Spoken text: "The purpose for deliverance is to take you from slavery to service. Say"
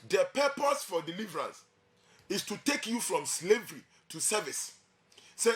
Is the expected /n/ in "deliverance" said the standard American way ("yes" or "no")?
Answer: no